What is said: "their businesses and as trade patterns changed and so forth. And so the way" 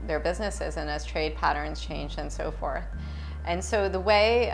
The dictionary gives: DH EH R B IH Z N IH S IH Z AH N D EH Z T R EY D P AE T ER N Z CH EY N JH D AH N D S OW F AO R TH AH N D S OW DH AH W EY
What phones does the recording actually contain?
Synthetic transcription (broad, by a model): DH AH R B IH Z N IH S IH Z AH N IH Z T R EY D P AE T ER N Z CH EY N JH AH N S OW F AO R TH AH N S OW DH AH W EY